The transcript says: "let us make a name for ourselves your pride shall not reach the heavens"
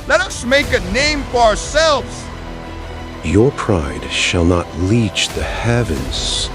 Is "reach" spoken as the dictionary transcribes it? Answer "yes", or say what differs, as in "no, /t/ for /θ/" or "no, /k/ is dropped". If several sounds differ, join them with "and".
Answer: no, /l/ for /ɹ/